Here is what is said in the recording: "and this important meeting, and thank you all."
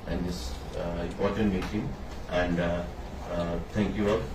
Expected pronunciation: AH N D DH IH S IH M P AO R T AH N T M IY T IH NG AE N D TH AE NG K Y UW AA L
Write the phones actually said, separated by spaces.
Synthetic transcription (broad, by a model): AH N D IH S IH M P AO R T AH N T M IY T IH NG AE N D T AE NG K Y UW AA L